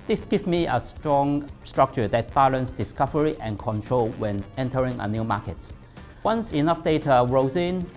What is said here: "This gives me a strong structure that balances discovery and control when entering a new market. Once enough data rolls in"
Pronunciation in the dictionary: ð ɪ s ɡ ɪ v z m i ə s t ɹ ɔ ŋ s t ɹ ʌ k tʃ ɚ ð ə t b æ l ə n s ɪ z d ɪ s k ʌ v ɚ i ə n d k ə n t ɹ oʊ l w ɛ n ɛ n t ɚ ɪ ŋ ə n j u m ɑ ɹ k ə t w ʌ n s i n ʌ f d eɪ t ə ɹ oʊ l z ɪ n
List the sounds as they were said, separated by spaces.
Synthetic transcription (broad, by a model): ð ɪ s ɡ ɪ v m i ə s t ɹ ɔ ŋ s t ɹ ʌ k tʃ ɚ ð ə t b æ l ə n s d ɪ s k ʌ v ɚ i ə n k ə n t ɹ oʊ l w ɛ n ɛ n t ɚ ɪ ŋ ə n j u m ɑ k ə t w ʌ n s i n ʌ f d eɪ t ə ɹ oʊ z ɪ n